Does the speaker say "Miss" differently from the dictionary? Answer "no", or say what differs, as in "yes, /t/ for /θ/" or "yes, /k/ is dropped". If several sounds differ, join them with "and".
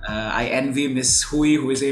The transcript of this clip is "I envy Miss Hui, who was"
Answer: no